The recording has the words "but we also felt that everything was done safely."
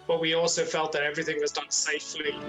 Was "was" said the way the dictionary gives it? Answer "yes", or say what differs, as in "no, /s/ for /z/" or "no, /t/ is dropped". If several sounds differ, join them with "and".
yes